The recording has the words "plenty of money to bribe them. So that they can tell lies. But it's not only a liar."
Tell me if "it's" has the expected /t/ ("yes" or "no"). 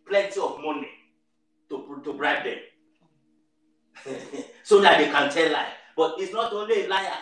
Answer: yes